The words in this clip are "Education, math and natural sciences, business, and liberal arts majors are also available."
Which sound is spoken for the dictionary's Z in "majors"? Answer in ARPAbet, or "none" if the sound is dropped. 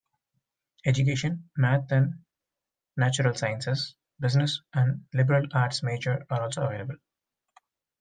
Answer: none